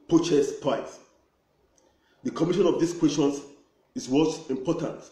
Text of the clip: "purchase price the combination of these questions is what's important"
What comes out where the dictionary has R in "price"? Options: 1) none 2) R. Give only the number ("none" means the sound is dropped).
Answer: 1